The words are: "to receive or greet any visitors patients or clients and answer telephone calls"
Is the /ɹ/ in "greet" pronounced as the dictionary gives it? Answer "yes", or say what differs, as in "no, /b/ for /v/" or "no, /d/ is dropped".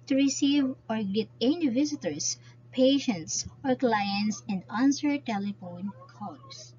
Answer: no, /ɹ/ is dropped